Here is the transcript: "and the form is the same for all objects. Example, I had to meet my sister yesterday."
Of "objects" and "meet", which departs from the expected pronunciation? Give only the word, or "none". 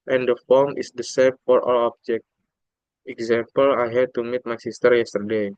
objects